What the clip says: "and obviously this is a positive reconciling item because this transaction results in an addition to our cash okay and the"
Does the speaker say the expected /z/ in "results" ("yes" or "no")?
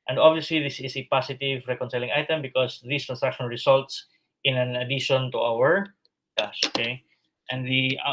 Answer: no